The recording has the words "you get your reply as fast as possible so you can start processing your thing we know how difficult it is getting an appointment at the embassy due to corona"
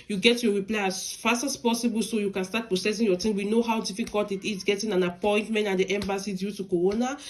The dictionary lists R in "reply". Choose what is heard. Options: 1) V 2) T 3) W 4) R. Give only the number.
4